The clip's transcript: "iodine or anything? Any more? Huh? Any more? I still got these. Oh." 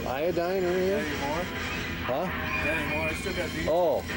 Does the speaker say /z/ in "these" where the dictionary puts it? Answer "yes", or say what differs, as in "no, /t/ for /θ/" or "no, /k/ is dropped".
no, /z/ is dropped